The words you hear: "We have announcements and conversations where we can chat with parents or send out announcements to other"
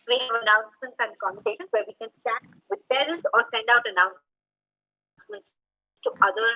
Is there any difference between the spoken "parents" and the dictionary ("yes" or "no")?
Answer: yes